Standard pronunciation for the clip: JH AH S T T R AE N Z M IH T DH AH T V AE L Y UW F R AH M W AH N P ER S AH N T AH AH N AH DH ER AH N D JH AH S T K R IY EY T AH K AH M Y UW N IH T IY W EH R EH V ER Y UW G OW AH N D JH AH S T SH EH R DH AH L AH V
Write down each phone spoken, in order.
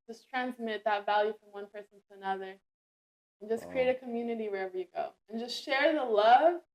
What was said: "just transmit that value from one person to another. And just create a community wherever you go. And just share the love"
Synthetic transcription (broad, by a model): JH AH S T T R AE N Z M IH T DH AH T V AE L Y UW F R AH M W AH N P ER S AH N T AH AH N AH DH ER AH N JH AH S K R IY EY T AH K AH M Y UW N IH T IY W EH R EH V ER Y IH G OW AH N JH AH S T SH EH R DH AH L AH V